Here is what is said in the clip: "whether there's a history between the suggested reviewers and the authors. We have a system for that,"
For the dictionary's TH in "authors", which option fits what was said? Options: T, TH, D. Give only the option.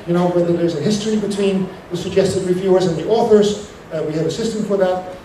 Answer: TH